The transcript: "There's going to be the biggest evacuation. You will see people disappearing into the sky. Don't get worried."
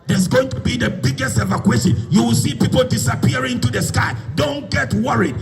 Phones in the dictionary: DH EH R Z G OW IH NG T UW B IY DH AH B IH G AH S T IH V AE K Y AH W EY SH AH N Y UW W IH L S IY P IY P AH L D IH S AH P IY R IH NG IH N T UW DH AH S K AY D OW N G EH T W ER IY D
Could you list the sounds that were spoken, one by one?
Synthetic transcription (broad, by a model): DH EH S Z G OW IH NG T UW B IY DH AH B IH G AH S T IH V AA K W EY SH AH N Y UW W IH L S IY P IY P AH L D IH S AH P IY IH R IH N T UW DH AH S K AY D OW N G EH T W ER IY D